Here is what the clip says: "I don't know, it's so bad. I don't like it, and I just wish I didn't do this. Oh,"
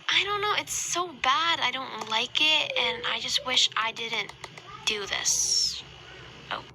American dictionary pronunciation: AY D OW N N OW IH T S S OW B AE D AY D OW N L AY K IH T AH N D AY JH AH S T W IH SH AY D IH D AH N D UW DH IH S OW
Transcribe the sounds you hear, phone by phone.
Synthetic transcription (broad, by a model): AY D OW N N OW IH T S S OW B AE D AY D OW N L AY K IH T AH N AY JH AH S T W IH SH AY D IH D N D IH DH IH S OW